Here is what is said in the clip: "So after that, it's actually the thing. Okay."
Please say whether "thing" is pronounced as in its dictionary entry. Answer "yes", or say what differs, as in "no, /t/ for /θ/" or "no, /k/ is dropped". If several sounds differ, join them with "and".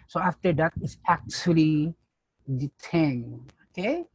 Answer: no, /t/ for /θ/